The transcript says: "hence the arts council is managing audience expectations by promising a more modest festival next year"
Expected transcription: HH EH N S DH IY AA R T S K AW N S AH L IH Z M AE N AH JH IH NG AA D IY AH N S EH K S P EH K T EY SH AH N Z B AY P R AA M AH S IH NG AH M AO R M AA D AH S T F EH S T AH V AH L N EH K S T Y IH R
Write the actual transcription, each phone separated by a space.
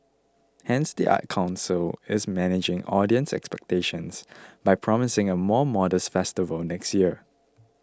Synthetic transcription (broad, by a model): HH EH N S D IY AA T K AW N S AH L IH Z M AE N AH JH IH NG AA D IY AH N S EH K S P EH K T EY SH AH N S B AY P R AA M AH S IH NG AH M AO M AA D AH S T F EH S T AH V AH L N EH K S T Y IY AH